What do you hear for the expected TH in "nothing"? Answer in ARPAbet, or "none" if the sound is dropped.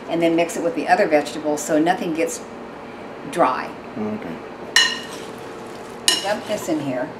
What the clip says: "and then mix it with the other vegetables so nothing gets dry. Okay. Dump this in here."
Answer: TH